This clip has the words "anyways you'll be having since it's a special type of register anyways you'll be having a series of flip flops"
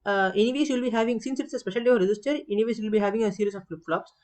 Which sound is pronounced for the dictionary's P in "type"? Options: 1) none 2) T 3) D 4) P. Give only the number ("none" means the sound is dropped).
1